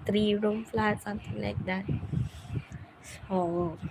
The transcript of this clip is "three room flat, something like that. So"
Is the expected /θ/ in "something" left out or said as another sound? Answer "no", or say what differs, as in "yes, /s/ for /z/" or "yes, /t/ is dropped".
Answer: yes, /t/ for /θ/